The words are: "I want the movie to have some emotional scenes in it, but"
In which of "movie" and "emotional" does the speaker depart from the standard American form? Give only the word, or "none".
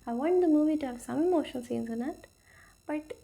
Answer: emotional